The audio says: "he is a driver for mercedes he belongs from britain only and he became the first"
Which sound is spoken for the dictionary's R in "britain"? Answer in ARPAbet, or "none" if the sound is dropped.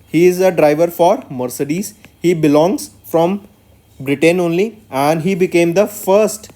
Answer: R